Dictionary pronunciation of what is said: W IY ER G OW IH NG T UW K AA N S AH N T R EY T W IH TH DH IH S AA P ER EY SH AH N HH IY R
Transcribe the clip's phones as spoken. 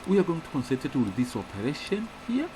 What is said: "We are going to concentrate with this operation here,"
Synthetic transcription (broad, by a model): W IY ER G OW IH NG T UW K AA N S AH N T EY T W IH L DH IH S AA P ER EY SH AH N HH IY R